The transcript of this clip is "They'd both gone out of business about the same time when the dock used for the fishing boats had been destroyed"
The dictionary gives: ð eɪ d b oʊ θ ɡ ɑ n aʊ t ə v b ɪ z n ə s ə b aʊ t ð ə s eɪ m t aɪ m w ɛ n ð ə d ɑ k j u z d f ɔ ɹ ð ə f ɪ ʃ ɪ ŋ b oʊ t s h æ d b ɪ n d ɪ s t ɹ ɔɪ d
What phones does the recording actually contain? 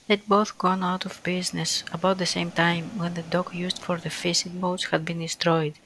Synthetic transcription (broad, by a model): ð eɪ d b oʊ θ ɡ ɑ n aʊ t ə v b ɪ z n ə s ə b aʊ t ð ə s eɪ m t aɪ m w ɛ n ð ə d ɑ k j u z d f ɔ ɹ ð ə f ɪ s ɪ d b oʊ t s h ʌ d b ɪ n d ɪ s t ɹ ɔɪ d